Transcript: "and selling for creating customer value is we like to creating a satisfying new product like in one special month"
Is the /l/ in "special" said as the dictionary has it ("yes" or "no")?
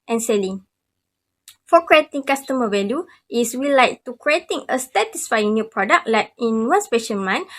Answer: no